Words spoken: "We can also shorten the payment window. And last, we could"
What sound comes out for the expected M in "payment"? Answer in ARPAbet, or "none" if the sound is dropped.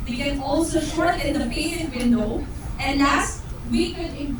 none